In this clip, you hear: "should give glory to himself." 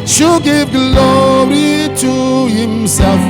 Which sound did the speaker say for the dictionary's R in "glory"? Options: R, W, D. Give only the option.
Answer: R